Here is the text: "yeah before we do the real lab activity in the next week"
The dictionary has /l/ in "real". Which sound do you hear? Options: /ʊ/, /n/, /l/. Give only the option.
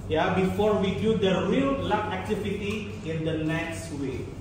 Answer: /l/